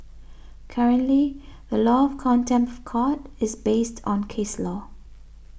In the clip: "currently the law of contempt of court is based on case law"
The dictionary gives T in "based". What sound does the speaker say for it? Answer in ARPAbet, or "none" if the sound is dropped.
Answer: T